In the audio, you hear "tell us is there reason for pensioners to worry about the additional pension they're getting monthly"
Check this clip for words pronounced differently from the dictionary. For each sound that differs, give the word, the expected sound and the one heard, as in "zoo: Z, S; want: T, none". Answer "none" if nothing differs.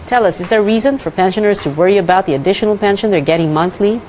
none